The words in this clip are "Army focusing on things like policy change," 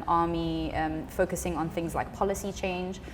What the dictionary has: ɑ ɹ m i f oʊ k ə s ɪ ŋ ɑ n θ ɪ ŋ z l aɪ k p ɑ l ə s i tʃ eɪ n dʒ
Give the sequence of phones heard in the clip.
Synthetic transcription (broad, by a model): ɑ m i f oʊ k ə s ɪ ŋ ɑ n θ ɪ ŋ z l aɪ k p ɑ l ə s i tʃ eɪ n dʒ